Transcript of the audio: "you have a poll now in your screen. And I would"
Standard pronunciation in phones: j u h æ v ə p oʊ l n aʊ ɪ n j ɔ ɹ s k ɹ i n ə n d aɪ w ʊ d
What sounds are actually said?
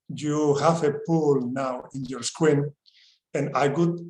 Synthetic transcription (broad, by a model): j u h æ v ə p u l n aʊ ɪ n j ɔ ɹ s k w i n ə n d aɪ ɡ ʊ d